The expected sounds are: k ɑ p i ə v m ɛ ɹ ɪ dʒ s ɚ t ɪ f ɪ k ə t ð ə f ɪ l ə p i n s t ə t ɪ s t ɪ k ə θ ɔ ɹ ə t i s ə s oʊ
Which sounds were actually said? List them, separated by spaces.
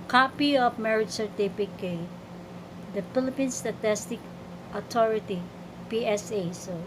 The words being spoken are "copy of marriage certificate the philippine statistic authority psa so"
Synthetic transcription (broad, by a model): k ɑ p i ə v m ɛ ɹ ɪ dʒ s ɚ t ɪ p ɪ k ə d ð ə f ɪ l ə p i n s t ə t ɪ s t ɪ k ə t ɔ ɹ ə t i s ə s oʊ